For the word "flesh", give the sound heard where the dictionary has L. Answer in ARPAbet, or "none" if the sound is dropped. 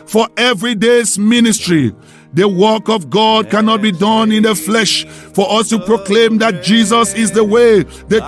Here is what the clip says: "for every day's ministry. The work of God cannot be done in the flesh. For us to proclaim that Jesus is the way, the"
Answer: L